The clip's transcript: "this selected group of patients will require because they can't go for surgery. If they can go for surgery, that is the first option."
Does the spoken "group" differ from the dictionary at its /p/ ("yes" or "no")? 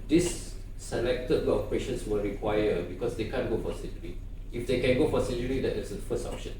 yes